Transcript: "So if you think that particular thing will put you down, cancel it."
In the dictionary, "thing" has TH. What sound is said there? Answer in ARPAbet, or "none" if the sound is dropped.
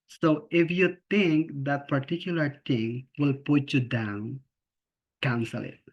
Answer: T